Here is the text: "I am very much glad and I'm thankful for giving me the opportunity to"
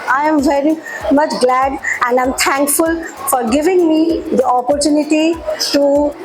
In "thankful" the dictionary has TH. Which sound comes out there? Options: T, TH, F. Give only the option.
T